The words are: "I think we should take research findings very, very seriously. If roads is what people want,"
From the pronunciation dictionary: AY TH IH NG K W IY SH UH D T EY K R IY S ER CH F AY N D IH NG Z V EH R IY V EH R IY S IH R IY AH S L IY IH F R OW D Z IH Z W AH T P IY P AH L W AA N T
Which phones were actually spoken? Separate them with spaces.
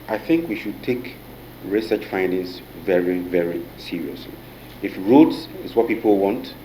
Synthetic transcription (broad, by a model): AY TH IH NG K W IY SH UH D T EY K R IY S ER CH F AY N D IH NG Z V EH R IY V EH R IY S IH R IY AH S L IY IH F R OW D S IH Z W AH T P IY P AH L W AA N T